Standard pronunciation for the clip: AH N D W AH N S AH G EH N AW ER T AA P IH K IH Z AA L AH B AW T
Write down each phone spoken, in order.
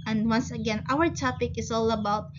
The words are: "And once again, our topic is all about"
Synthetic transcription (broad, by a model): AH N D W AH N S AH G EH N AW ER T AA P IH K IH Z AA L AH B AW T